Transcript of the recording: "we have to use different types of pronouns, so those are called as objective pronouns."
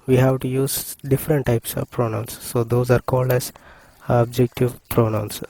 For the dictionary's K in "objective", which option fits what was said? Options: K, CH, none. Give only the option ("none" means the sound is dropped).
K